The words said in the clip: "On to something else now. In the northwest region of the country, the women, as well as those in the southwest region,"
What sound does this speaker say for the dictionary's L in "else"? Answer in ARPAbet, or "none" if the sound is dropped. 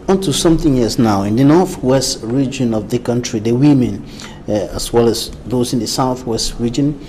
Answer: none